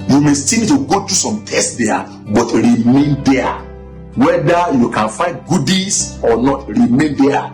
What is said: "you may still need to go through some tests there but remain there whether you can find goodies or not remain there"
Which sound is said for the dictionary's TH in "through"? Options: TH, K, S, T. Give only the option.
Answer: T